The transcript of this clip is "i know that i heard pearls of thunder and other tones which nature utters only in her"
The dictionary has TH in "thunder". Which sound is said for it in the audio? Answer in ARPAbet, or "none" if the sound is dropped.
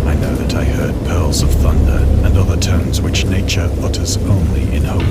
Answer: TH